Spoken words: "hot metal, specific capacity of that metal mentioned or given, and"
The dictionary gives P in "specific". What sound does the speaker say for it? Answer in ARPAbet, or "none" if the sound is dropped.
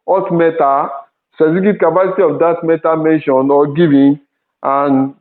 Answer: none